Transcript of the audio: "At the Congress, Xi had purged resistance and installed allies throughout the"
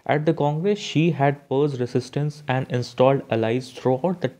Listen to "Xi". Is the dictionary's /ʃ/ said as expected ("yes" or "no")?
yes